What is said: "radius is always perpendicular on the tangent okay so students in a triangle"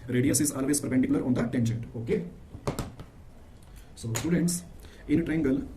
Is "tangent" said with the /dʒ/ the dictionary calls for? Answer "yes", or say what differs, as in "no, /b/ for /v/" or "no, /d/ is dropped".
no, /ʃ/ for /dʒ/